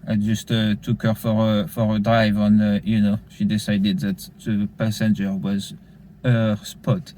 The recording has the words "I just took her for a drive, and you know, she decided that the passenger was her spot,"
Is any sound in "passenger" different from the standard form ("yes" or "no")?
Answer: no